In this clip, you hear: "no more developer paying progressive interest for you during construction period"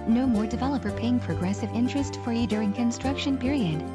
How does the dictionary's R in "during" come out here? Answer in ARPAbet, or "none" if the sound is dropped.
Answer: R